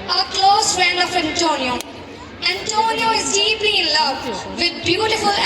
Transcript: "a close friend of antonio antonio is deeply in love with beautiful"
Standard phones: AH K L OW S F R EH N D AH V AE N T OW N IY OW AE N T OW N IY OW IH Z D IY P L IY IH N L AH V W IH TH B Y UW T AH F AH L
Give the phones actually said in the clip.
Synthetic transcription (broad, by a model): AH K L OW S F EH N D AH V AE N T OW N IY OW AE N T OW N IY OW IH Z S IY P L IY IH N L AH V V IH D B Y UW T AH F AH L